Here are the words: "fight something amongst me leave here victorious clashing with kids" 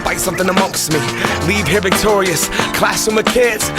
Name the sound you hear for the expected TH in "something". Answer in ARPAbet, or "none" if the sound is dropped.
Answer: TH